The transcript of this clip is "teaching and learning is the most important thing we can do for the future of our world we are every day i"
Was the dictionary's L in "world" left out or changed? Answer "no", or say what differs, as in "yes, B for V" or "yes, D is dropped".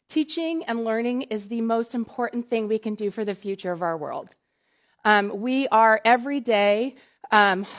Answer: no